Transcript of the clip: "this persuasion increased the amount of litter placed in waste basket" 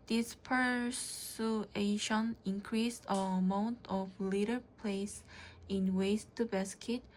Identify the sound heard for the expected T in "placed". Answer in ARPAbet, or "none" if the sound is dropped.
none